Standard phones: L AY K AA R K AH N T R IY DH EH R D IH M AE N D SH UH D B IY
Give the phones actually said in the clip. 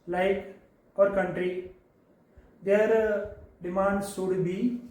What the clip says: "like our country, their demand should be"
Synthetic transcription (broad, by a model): L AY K AA R K AH N T R IY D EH R D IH M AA N D S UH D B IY